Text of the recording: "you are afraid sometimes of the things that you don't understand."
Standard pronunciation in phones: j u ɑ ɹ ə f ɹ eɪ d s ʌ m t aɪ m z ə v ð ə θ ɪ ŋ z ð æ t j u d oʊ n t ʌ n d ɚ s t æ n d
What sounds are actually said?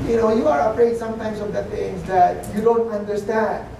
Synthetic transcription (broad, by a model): j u ɑ ɹ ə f ɹ eɪ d s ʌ m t aɪ m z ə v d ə t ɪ ŋ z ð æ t j u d oʊ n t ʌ n d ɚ s t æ n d